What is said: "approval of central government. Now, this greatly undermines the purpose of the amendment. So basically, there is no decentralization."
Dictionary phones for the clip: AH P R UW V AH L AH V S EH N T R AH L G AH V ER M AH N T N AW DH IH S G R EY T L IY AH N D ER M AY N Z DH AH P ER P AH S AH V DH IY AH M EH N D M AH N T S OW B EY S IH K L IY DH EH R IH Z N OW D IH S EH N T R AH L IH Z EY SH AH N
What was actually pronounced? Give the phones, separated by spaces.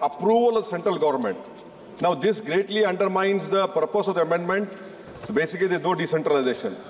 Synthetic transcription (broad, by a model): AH P R UW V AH L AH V S EH N T R AH L G AH V ER M AH N T N AW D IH S G R EY T L IY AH N D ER M AY N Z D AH P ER P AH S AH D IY AH M EH N D M AH N T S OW B EY S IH K IY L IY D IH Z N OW D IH S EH N T R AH L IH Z EY SH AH N